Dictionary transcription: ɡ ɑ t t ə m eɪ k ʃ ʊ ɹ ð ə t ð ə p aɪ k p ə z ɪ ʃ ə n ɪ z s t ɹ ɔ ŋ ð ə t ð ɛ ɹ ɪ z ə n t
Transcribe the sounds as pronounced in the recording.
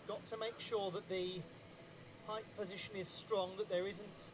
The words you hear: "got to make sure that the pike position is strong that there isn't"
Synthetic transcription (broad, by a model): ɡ ɑ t t ə m eɪ k ʃ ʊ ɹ ð ə t ð ə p aɪ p p ə z ɪ ʃ ə n ɪ z s t ɹ ɔ ŋ ð ə t ð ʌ ɹ ɪ z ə n t